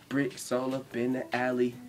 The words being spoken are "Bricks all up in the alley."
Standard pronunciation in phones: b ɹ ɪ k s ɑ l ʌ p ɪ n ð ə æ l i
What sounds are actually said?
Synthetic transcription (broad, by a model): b ɹ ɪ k s ɑ l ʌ b ɪ n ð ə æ l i